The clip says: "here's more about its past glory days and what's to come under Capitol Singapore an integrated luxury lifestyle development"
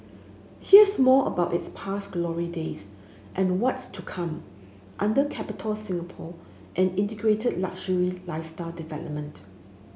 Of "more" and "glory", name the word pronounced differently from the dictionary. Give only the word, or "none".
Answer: more